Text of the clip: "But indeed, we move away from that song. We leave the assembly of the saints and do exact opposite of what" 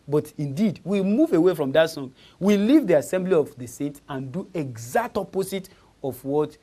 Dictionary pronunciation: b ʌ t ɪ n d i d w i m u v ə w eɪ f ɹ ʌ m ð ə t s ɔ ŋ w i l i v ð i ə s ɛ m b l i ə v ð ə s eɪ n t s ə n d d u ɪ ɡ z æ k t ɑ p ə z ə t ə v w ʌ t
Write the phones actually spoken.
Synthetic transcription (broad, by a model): b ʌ t ɪ n d i d w i m u v ə w eɪ f ɹ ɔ m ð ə t s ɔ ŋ w i l i v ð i ə s ɛ m b l i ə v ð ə s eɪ t ə n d d u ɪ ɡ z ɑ k t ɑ p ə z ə t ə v w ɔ t